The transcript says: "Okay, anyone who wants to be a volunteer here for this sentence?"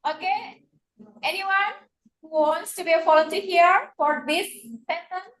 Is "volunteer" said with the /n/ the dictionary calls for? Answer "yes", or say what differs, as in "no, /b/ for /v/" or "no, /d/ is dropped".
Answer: no, /n/ is dropped